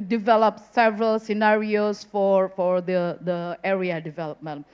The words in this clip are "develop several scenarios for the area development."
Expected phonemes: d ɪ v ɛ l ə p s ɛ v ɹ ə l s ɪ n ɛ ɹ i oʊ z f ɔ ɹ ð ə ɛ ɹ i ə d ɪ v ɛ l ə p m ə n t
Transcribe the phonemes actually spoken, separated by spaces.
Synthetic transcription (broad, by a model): d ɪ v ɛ l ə p s ɛ v ɹ ə l s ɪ n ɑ ɹ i oʊ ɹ f ɔ ɹ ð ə ɛ ɹ i ə d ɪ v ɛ l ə p m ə n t